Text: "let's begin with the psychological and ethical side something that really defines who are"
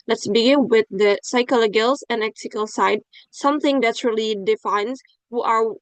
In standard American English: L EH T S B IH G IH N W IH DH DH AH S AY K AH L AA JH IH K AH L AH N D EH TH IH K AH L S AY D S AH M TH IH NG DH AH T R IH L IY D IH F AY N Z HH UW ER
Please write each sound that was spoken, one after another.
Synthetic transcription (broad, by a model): L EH T S B IH G IH N W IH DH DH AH S AY K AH L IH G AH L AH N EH S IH K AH L S AY D S AH M TH IH NG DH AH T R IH L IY D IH F AY N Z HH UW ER